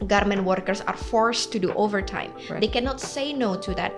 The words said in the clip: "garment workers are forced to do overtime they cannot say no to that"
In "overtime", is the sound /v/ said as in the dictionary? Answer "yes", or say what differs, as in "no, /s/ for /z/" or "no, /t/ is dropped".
yes